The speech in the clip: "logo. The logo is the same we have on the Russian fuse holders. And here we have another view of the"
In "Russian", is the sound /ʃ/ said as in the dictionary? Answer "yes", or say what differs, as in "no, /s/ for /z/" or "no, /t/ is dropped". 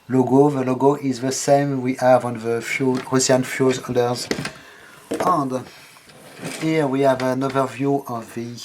no, /s/ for /ʃ/